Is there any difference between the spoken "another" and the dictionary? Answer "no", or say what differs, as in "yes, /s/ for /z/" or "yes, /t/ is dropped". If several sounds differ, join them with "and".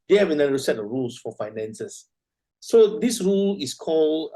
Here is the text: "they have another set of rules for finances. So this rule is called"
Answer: yes, /ð/ is dropped